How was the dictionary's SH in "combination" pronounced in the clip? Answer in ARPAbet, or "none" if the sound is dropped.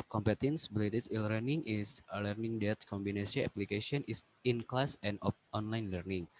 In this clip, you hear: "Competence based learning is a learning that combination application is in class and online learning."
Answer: S